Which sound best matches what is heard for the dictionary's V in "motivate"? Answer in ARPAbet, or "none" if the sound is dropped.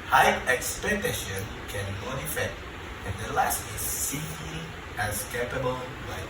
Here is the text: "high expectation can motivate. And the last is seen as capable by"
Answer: F